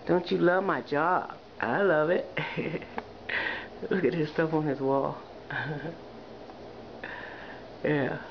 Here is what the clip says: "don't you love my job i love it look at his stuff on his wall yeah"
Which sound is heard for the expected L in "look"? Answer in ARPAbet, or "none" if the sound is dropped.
W